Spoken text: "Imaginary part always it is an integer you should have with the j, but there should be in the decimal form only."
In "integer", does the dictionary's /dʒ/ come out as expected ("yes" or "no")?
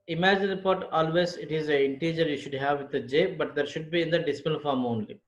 yes